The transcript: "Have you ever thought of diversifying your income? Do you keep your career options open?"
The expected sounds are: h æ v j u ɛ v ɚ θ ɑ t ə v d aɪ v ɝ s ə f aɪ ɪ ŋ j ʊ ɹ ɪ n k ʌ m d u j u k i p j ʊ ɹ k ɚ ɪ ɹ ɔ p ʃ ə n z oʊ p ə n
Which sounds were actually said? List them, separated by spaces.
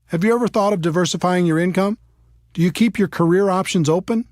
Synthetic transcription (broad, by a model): h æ v j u ɛ v ɚ θ ɑ t ə v d aɪ v ɝ s ə f aɪ ɪ ŋ j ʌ ɹ ɪ n k ʌ m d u j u k i p j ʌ ɹ k ɚ ɪ ɹ ɔ p ʃ ə n z oʊ p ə n